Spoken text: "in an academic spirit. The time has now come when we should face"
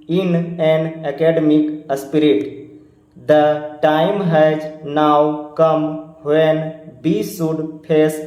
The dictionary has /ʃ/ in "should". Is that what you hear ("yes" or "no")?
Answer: no